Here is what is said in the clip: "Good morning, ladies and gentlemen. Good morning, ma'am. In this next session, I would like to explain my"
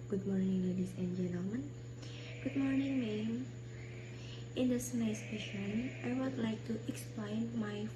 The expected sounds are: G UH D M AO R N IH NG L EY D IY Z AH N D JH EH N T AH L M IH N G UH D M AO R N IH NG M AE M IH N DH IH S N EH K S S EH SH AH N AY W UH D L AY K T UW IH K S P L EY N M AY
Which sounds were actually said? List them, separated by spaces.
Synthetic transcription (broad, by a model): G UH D M AO R N IH NG L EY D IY S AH N JH EH N T AH L M IH N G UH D M AO R N IH NG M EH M IH N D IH S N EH S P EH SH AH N AY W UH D L AY K T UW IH K S P L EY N M AY